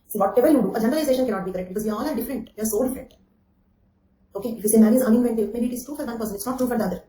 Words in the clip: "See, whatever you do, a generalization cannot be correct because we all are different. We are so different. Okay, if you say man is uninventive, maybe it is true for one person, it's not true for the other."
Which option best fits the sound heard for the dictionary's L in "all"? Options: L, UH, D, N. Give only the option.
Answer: L